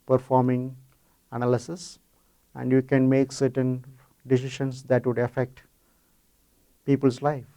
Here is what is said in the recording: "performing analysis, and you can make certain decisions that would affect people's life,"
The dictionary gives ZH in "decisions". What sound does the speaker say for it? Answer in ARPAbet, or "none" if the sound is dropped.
SH